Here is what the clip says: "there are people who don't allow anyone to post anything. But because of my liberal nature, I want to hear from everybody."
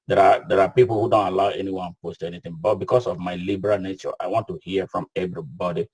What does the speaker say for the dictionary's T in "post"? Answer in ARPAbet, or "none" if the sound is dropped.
T